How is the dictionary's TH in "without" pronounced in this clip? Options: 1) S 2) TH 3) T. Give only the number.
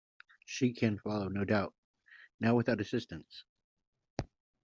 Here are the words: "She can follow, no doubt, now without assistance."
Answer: 2